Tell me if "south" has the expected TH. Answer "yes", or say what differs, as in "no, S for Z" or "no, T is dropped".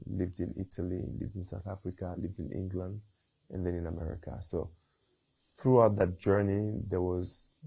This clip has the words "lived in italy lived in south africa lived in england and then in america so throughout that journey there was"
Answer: yes